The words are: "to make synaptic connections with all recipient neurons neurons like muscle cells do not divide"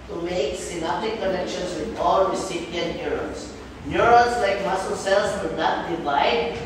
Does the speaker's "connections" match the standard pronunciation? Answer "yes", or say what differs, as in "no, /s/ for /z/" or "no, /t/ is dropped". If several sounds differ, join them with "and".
no, /s/ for /z/